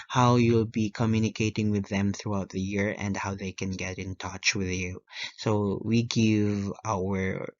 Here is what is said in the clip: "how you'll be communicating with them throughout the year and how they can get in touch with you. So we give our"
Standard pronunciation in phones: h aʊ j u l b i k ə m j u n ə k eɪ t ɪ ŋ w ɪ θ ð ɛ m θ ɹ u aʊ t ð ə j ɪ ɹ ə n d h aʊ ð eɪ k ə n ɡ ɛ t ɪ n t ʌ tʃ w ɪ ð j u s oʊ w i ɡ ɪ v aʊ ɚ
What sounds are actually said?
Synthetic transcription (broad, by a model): h aʊ j u l b i k ə m j u n ə k eɪ t ɪ ŋ w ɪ ð ɛ m θ ɹ u aʊ t ð ə j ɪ ɹ ə n d h aʊ ð eɪ k ə n ɡ ɛ t ɪ n t ʌ tʃ w ɪ ð j u s oʊ w i ɡ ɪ v aʊ ɚ